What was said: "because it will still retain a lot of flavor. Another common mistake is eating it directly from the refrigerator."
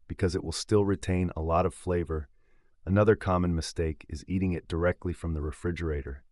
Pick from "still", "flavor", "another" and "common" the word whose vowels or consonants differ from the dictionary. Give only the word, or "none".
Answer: none